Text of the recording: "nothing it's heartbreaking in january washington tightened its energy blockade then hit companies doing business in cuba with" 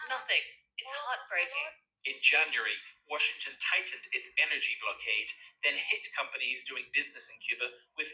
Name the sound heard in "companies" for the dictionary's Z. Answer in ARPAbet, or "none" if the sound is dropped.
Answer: Z